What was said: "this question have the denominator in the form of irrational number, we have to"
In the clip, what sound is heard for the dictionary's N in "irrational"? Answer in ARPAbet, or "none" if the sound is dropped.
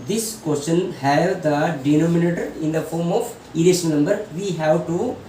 none